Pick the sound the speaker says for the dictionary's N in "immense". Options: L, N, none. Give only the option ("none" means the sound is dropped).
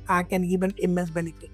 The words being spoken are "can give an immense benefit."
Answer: none